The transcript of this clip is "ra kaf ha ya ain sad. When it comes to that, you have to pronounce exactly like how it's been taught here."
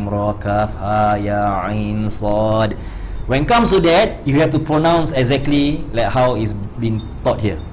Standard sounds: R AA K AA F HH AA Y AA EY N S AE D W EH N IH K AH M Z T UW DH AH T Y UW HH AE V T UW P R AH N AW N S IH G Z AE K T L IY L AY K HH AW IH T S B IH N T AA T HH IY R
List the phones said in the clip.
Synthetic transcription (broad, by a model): R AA K AA F HH AA Y AA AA N S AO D W EH N K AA M S T UW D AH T Y UW HH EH F T UW P R AH N AW N S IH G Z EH K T L IY L AY K HH AW IH T S B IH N T AA T HH IY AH